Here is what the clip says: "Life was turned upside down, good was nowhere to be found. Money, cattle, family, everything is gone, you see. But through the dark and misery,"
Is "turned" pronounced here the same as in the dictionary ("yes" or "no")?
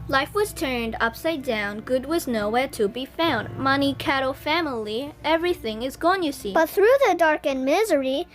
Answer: yes